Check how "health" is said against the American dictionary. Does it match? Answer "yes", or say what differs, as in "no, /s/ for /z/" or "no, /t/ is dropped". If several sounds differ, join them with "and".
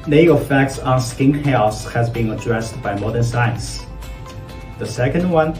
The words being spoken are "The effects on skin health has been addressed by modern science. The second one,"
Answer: no, /s/ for /θ/